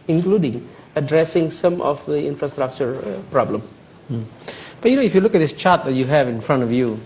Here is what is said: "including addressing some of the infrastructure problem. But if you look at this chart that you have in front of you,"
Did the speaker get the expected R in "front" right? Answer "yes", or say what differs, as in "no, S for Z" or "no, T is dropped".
yes